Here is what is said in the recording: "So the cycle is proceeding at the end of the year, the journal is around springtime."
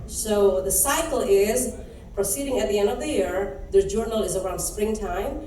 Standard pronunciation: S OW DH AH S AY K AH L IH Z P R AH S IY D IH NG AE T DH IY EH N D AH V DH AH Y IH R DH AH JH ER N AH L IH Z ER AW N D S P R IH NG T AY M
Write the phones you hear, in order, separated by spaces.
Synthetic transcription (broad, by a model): S OW DH AH S AY K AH L IH Z P R AH S IY D IH NG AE T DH IY EH N D AH V DH AH Y IH R DH AH JH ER N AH L IH Z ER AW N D S P R IH NG T AY M